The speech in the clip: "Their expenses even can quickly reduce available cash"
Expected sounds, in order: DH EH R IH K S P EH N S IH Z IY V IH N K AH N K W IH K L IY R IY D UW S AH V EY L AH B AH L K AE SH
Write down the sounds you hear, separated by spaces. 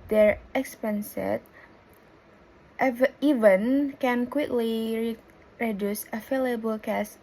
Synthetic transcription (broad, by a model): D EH R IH K S P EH N S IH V IY V IH N K AH N K W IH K L IY R IY D UW S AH F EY L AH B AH L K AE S